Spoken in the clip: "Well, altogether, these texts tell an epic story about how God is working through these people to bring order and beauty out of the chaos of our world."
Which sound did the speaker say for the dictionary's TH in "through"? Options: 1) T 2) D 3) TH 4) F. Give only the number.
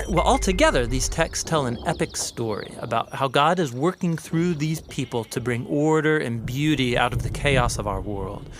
3